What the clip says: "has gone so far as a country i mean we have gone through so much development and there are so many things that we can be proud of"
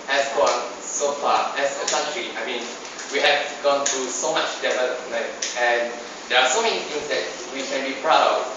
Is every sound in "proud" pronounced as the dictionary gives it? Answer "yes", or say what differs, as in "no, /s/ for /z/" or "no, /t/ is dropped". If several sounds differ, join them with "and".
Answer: yes